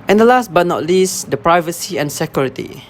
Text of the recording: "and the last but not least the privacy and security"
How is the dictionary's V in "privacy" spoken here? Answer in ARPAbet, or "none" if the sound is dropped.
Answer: V